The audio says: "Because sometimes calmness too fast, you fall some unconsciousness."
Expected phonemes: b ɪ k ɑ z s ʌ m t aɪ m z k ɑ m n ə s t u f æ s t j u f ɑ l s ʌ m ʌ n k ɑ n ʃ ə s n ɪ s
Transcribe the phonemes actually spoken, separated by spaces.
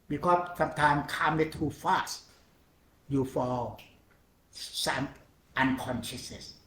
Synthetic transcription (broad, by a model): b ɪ k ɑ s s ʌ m t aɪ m k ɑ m ə t u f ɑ s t j u f ɑ l s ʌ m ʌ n k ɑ n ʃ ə s n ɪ s